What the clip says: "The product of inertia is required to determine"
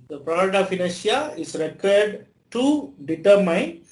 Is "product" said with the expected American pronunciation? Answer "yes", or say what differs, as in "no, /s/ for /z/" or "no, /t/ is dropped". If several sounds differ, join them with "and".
no, /k/ is dropped